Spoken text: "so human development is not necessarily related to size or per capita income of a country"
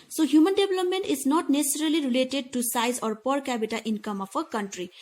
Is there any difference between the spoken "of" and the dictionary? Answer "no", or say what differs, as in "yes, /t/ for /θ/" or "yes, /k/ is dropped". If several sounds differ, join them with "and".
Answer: yes, /p/ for /v/